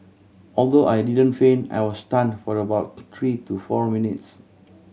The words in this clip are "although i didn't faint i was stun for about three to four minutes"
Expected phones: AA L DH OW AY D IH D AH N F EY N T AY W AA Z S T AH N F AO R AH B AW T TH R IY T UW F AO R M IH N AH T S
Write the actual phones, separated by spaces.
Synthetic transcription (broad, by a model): AA L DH OW AY D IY D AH N F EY N AY W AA S T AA N F AO R AH B AW T T R IY T UW F AO R M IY N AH T S